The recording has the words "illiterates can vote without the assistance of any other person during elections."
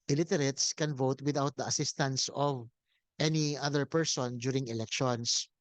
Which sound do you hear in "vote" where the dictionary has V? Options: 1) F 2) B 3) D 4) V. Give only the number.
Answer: 4